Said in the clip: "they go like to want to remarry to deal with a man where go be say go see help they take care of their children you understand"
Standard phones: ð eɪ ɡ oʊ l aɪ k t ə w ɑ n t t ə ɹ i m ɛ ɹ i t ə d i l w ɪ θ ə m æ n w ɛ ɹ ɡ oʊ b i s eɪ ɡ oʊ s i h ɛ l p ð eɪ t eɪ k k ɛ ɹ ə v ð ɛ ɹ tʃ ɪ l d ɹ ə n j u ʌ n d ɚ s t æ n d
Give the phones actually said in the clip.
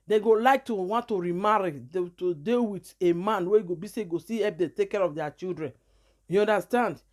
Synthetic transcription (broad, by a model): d eɪ ɡ oʊ l aɪ k t ə w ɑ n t t ə ɹ i m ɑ ɹ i t ə d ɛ w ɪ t ə m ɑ n w ɛ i ɡ oʊ b i s eɪ ɡ oʊ s i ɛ p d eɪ t eɪ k k ɛ ɹ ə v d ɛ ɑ tʃ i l d ɹ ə n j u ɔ n d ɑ s t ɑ n d